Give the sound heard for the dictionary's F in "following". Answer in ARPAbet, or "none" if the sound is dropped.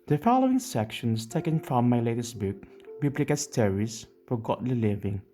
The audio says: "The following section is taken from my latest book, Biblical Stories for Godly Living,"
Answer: F